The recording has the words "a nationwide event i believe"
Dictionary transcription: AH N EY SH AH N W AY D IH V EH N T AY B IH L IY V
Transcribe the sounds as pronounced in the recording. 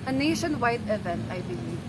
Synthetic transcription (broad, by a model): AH N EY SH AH N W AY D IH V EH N AY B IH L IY